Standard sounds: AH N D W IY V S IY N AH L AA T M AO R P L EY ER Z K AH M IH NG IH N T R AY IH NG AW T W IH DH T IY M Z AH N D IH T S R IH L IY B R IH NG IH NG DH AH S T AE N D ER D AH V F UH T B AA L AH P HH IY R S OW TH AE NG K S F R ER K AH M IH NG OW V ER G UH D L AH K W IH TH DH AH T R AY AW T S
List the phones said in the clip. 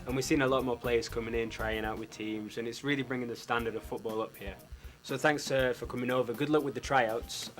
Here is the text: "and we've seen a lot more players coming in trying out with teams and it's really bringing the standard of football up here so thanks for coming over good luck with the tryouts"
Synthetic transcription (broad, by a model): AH N W IY V S IY N AH L AA T M AO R P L EY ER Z K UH M IH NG IH N T R AY IH NG AW T W IH DH T IY M Z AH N IH T S R IH L IY B R IH NG IH NG DH AH S T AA N D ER D AH V F UH T B AA L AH P HH IY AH S OW TH AE NG K S F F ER K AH M IH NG OW V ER G UH D L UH K W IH DH AH T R AY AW T S